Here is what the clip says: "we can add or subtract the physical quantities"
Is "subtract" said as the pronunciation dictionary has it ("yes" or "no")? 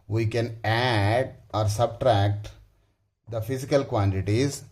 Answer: yes